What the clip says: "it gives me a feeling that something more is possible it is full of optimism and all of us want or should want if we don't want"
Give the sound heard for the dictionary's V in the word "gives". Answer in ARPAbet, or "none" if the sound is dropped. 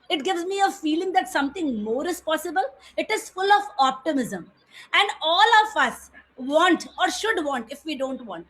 V